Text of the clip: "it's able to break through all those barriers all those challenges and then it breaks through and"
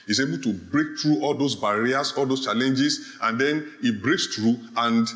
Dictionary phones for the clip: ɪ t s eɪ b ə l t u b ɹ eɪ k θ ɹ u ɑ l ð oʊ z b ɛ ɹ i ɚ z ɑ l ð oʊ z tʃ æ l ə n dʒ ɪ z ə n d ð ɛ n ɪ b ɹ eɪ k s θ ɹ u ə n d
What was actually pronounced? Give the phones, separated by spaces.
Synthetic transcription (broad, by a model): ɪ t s eɪ b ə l t u b ɹ eɪ k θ ɹ u ɑ l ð oʊ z b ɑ ɹ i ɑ s ɑ l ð oʊ s tʃ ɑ l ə n dʒ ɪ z ə n d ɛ n ɪ b ɹ eɪ k s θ ɹ u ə n d